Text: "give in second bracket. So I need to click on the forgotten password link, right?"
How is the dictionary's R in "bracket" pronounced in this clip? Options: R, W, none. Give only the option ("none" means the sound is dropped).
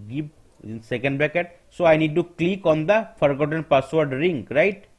none